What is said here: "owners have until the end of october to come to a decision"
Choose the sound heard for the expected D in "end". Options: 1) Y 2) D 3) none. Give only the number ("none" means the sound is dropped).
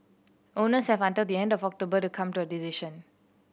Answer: 2